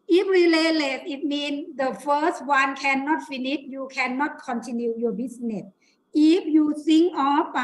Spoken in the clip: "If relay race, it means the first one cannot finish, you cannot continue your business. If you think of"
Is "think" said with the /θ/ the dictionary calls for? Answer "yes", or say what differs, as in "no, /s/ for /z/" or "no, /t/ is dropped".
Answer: no, /s/ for /θ/